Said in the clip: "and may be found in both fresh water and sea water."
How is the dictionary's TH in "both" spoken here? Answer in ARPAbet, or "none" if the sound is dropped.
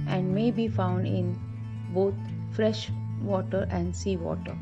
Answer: T